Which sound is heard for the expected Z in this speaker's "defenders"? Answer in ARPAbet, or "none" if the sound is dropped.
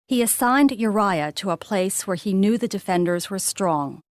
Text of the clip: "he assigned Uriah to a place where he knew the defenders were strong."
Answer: Z